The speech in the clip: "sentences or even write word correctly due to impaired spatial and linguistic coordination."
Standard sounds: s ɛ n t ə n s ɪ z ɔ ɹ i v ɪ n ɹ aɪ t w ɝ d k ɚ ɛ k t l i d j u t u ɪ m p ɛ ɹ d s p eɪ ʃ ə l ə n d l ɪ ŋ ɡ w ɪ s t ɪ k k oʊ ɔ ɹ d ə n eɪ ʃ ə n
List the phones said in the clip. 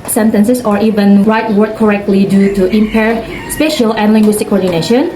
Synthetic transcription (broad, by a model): s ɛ n t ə n s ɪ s ɔ ɹ i v ɪ n ɹ aɪ t w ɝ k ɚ ɛ k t l i d j u t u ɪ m p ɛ ɹ s p eɪ ʃ ə l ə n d l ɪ ŋ ɡ w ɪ s t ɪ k k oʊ ɔ ɹ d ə n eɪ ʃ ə n